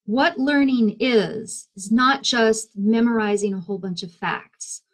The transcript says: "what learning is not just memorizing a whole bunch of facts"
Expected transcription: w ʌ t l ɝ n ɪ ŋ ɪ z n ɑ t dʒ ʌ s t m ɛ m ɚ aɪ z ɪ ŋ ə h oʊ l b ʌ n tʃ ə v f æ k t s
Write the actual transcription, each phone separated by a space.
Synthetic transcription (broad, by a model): w ʌ t l ɝ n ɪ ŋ ɪ z n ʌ t dʒ ʌ s t m ɛ m ɚ aɪ z ɪ ŋ ə h oʊ l b ʌ n tʃ ə v f æ k t s